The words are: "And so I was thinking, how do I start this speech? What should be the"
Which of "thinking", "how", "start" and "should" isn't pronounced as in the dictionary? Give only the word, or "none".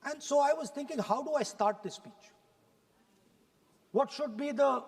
thinking